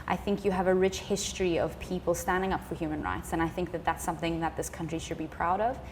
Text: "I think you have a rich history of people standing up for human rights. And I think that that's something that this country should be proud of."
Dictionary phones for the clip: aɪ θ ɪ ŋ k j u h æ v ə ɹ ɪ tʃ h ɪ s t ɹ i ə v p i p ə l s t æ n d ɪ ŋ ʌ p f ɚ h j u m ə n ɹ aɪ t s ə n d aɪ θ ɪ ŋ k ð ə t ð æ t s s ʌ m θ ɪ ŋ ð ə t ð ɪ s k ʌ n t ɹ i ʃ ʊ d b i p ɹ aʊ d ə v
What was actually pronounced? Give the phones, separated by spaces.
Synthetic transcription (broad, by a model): aɪ θ ɪ ŋ k j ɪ v ə ɹ ɪ tʃ h ɪ s t ɹ i ə v p i p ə l s t æ n d ɪ ŋ ʌ p f ɚ h j u m ə n ɹ aɪ t s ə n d aɪ θ ɪ ŋ k ð ə t ð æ t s s ʌ m θ ɪ ŋ ð ə t ð ɪ s k ʌ n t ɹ i ʃ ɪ d b i p ɹ aʊ d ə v